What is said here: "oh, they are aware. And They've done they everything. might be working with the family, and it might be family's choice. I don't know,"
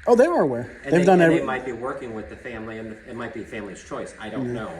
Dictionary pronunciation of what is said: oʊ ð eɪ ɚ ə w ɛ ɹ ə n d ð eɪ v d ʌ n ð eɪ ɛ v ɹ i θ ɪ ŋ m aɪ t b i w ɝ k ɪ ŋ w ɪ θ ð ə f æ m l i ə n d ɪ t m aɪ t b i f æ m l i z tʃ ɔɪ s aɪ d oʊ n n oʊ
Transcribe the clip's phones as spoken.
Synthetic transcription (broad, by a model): oʊ ð eɪ ɚ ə w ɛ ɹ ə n ð eɪ v d ʌ n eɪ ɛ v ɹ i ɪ m aɪ t b i w ɝ k ɪ ŋ w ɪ ð ə f æ m l i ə n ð ɪ t m aɪ t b i f æ m l i z tʃ ɔɪ s aɪ d oʊ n n oʊ